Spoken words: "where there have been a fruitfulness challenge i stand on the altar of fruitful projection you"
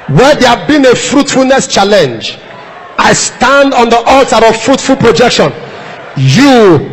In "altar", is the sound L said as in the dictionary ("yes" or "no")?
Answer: yes